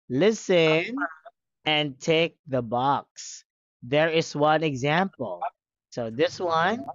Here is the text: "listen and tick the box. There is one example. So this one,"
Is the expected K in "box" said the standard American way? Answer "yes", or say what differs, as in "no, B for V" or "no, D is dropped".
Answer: yes